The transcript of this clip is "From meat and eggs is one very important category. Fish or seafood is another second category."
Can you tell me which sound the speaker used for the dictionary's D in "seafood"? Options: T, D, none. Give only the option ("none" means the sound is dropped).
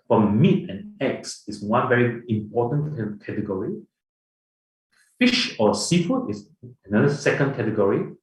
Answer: none